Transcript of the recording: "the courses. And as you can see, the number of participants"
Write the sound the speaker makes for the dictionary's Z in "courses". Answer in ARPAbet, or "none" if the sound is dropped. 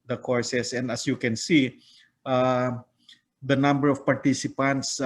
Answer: S